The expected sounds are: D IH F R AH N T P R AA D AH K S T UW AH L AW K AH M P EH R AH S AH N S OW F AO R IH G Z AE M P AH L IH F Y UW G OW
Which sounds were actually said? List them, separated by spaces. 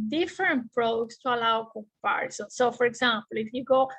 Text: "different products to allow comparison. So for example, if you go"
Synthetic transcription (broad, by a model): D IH F R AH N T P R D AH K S T UW AH L AW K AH P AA R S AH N S OW F AO R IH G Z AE M P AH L IH F Y UW G OW